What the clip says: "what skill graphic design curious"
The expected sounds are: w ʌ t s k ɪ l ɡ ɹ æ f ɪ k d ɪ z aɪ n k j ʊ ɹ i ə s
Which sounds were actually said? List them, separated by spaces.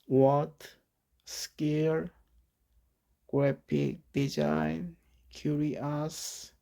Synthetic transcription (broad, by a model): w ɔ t s k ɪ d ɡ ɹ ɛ p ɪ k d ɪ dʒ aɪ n k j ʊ ɹ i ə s